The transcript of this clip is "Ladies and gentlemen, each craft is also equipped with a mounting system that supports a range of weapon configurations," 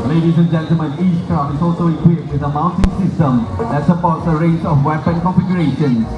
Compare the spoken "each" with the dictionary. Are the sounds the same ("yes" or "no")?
no